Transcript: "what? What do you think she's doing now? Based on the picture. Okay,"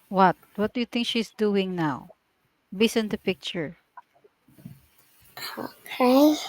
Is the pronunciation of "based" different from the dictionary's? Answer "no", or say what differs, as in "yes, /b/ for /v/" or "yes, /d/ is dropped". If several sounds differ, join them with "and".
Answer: yes, /t/ is dropped